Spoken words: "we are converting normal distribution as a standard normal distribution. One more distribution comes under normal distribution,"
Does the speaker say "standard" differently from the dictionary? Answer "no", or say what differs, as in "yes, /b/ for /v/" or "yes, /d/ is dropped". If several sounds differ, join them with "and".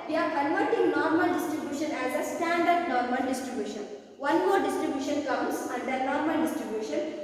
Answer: no